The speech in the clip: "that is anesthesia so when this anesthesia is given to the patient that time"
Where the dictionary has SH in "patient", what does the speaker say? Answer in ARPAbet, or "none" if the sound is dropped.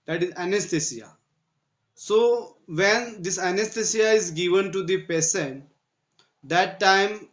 S